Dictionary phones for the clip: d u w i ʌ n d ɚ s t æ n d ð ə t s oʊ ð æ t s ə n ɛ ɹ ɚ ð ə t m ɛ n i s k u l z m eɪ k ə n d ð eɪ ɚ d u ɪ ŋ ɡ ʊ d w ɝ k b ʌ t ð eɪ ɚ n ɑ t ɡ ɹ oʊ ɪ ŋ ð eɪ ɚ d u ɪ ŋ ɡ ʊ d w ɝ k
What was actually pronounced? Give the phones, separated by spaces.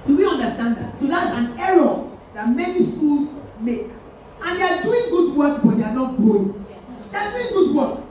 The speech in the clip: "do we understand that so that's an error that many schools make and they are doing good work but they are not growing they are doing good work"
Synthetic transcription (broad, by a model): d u w i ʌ n d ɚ s t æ n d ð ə t s oʊ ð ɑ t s ə n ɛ ɹ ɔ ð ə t m ɛ n i s k u l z m eɪ k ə n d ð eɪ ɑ d u ɪ ŋ ɡ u d w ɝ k b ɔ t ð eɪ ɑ n ɑ t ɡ oʊ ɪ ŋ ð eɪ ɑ d u ɪ ŋ ɡ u d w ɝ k